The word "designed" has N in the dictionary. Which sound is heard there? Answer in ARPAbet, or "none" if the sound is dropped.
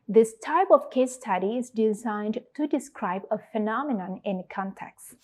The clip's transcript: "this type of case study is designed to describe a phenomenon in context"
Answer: N